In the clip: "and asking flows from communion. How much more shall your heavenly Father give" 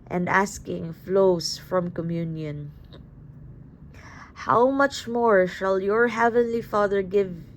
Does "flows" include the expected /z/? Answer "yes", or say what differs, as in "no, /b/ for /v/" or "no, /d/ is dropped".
no, /s/ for /z/